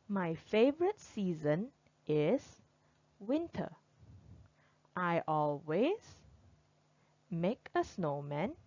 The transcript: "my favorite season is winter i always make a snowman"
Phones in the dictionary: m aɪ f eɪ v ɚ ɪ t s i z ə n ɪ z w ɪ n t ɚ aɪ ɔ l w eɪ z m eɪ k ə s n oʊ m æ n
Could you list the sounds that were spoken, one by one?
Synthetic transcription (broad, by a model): m aɪ f eɪ v ɚ ɪ t s i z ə n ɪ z w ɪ n t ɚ aɪ ɔ l w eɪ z m eɪ k ə s n oʊ m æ n